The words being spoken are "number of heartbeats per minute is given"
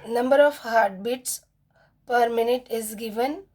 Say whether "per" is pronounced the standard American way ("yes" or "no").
yes